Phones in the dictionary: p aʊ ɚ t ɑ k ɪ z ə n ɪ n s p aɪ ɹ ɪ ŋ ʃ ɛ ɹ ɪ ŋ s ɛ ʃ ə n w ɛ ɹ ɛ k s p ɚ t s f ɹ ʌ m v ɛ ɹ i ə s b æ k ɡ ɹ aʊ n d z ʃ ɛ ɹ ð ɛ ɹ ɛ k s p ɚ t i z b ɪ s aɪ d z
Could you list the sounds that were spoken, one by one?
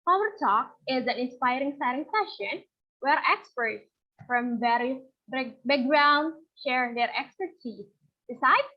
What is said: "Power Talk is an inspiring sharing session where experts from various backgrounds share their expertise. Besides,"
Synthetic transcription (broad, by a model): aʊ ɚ t ɑ k ɪ z ə n ɪ n s p aɪ ɹ ɪ ŋ s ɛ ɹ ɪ ŋ s ɛ ʃ ə n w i ɹ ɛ k s p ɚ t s f ɹ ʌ m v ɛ ɹ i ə b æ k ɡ ɹ aʊ n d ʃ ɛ ɹ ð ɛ ɹ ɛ k s p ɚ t i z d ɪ s aɪ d